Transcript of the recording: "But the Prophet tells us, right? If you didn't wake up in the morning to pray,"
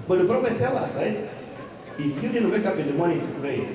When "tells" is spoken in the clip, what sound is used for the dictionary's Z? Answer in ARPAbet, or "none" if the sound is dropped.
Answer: none